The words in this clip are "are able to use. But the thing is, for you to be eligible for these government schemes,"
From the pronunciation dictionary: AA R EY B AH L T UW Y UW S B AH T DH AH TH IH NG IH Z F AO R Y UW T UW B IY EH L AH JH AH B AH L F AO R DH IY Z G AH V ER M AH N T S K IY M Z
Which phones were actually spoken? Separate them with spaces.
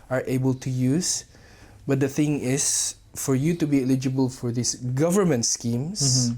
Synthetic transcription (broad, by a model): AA R EY B AH L T UW Y UW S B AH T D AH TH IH NG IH S F AO R Y UW T UW B IY EH L AH JH AH B AH L F AO R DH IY S G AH V ER M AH N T S K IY M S